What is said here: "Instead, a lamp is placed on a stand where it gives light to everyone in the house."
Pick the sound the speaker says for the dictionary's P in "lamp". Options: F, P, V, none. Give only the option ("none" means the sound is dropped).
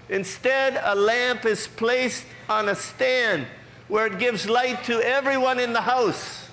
P